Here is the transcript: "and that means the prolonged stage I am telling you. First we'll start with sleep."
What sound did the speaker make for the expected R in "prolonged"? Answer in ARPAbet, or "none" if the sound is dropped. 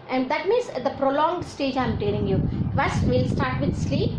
R